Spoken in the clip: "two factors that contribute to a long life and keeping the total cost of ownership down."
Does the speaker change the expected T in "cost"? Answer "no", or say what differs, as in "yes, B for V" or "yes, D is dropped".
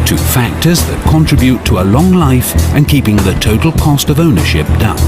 no